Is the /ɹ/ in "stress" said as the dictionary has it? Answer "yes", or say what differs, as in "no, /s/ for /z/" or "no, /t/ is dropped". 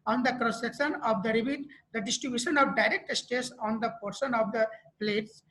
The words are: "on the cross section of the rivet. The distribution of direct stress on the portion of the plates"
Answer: no, /ɹ/ is dropped